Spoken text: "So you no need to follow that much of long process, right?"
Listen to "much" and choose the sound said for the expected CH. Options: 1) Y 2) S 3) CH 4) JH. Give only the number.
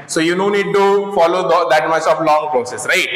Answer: 2